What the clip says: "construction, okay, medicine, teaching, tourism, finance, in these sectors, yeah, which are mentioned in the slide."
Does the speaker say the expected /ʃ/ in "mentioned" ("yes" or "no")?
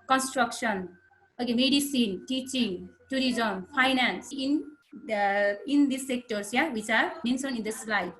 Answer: no